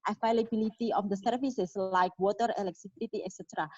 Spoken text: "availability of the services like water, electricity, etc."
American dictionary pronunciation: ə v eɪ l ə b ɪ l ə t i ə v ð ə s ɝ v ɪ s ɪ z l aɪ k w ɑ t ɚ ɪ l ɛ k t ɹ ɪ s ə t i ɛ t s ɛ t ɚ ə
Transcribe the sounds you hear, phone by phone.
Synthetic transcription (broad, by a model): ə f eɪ l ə b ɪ l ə t i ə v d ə s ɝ f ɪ s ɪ s l aɪ k w ɑ t ɚ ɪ l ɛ k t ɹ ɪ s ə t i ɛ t s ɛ t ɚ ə